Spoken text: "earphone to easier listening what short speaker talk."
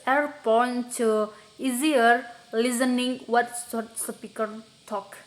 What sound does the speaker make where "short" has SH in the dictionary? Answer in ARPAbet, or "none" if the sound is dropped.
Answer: S